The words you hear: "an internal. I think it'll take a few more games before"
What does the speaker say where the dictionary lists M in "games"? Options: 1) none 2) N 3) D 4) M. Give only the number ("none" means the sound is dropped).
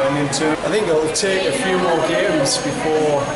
1